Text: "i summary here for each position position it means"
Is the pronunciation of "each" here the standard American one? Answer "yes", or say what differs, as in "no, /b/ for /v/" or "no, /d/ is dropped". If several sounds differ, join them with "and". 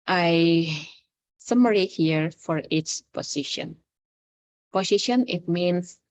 no, /s/ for /tʃ/